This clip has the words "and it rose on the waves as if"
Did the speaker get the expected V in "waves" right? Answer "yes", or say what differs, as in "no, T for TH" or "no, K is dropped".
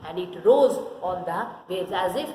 no, V is dropped